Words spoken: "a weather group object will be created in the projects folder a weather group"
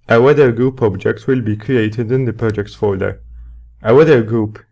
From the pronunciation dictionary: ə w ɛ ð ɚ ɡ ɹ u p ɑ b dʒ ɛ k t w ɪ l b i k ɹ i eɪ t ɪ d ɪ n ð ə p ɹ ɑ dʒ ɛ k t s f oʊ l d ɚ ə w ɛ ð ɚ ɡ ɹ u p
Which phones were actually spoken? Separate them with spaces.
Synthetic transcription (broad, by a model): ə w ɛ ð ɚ ɡ ɹ u p ɑ b dʒ ɛ k t w ɪ l b i k ɹ i eɪ t ɪ d ɪ n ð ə p ɹ ɑ dʒ ɛ k t s f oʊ d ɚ ə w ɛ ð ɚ ɡ ɹ u p